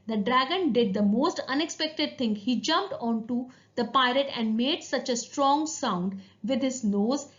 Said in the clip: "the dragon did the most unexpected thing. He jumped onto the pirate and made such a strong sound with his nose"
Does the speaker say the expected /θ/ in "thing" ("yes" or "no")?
no